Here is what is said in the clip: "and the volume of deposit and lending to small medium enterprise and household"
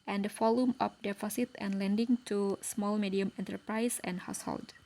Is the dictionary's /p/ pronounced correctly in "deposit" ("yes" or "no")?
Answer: no